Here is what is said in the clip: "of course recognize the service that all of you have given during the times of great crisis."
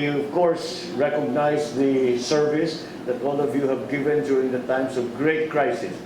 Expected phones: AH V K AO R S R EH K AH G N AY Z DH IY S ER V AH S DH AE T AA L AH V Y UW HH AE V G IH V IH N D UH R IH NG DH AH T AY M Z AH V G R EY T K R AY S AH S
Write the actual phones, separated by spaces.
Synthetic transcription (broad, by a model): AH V K AO R S R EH K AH G N AY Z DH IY S ER V AH S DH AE T AA L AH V Y UW HH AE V G IH V IH N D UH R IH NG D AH T AY M S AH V G R EY T K R AY S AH S